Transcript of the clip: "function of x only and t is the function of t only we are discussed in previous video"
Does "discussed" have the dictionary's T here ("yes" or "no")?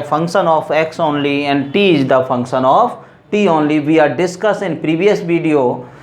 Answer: no